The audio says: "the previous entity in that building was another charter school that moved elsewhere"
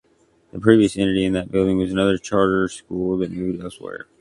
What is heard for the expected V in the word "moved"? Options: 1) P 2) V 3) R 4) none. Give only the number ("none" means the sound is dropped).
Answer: 4